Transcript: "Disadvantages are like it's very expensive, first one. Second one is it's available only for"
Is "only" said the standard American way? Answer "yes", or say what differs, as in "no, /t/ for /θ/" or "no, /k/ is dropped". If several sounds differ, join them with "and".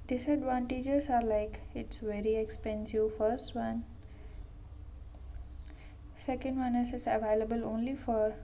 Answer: yes